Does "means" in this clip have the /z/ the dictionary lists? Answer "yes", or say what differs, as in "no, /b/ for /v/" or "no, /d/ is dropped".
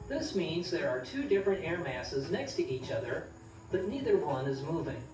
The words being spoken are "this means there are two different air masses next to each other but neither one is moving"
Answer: yes